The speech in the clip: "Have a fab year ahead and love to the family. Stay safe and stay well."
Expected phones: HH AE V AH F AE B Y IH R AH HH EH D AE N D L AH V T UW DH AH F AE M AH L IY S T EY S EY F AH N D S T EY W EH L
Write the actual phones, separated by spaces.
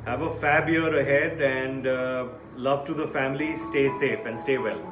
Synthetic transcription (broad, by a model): HH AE V AH F AE B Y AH R AH HH EH D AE N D L AH V T UW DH AH F AE M AH L IY S T EY S EY F AH N D S T EY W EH L